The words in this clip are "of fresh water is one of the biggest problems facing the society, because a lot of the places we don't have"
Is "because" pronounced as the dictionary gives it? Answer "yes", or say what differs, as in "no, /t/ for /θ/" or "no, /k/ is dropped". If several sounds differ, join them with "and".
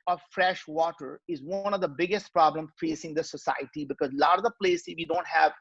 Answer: yes